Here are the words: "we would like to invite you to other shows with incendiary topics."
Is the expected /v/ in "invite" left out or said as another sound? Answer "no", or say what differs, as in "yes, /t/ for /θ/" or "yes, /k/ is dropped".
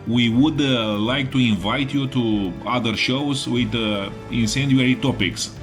no